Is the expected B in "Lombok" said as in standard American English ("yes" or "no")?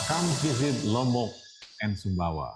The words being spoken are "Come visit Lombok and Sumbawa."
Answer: no